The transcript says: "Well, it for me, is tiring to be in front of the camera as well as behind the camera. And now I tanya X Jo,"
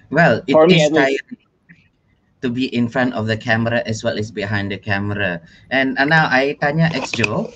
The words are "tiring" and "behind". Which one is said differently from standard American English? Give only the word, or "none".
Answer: tiring